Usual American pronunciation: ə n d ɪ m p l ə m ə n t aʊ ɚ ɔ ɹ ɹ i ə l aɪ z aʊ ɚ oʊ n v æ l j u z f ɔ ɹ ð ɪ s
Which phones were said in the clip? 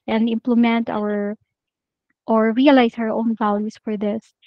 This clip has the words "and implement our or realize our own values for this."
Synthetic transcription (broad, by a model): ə n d ɪ m p l ə m ə n t aʊ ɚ ɔ ɹ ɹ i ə l aɪ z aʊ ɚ oʊ n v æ l j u s f ɔ ɹ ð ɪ s